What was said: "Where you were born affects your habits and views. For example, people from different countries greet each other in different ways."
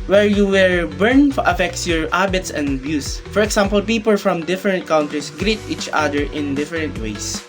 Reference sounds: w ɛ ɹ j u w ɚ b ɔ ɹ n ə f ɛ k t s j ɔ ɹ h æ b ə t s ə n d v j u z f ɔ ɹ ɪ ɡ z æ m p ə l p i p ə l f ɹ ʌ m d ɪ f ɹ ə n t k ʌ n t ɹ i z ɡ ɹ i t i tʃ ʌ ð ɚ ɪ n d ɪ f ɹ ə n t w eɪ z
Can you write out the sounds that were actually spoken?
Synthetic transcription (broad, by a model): w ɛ ɹ j u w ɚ b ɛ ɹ n ə f ɛ k t s j ɔ ɹ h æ b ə t s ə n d b j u s f ɔ ɹ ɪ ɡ s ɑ m p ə l p i p ə l f ɹ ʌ m d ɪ f ɹ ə n t k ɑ n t ɹ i s ɡ ɹ i t i tʃ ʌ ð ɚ ɪ n d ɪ f ɹ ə n t w eɪ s